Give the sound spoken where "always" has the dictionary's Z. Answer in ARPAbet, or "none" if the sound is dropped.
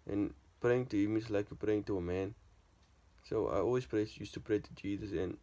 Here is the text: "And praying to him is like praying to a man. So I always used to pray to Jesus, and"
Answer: S